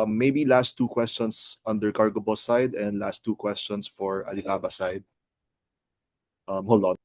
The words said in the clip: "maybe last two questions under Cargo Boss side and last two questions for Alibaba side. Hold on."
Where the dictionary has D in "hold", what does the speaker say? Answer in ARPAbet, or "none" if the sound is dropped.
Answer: none